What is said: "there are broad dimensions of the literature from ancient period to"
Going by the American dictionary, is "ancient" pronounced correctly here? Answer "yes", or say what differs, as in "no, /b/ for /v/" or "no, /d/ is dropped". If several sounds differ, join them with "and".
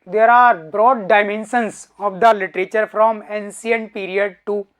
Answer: no, /s/ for /ʃ/